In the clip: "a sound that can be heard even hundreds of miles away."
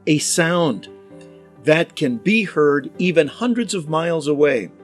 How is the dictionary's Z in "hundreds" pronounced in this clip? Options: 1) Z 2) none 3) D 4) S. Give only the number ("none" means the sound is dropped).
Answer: 1